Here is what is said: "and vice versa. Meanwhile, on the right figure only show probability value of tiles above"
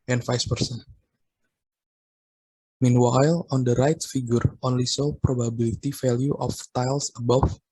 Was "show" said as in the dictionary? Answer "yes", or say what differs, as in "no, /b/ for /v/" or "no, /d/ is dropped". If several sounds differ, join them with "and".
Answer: no, /s/ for /ʃ/